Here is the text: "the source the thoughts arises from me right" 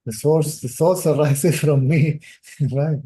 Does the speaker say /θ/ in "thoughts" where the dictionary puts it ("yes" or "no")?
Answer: no